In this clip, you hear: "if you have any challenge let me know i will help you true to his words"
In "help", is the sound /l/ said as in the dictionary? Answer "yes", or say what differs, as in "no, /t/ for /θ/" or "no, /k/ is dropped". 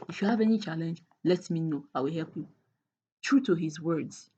yes